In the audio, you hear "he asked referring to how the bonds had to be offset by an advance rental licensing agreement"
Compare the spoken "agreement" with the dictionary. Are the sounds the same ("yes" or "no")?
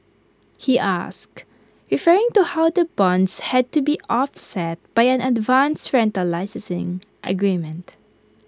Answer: yes